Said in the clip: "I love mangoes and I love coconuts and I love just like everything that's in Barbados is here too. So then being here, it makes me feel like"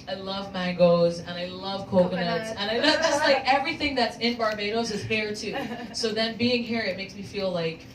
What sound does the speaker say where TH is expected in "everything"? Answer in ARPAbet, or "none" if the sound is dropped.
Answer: TH